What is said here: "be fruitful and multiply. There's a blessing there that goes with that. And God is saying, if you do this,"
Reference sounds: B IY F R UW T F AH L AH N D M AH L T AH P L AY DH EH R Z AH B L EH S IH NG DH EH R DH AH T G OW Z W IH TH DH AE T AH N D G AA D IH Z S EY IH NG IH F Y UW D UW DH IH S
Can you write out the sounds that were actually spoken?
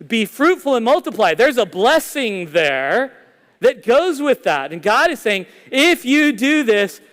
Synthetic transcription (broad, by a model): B IY F R UW T F L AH N M AH L T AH P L AY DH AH R Z AH B L EH S IH NG DH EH R DH AH T G OW Z W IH DH AE T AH N G AA D IH Z S EY IH NG IH F Y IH D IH DH IH S